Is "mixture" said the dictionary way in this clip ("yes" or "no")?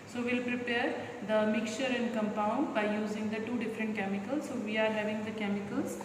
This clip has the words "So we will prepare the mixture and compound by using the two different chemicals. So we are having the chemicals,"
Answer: no